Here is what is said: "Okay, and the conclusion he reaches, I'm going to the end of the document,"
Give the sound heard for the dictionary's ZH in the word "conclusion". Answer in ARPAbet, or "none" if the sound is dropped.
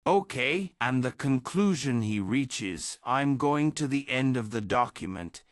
ZH